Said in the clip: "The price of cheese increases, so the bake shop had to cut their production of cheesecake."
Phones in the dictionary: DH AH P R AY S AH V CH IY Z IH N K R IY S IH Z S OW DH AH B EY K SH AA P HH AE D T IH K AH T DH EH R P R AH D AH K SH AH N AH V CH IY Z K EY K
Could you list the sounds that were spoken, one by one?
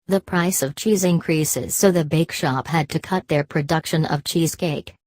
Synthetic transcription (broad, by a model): DH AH P R AY S AH V CH IY Z IH N K R IY S IH Z S OW DH AH B EY K SH AA P HH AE D T IH K AH T DH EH R P R AH D AH K SH AH N AH V CH IY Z K EY K